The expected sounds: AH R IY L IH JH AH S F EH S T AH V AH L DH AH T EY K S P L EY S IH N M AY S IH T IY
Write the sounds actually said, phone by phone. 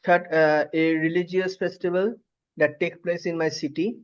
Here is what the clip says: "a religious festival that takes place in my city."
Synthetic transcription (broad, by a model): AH R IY L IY JH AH S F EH S T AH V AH L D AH T EY K P L EY S IH N M AY S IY T IY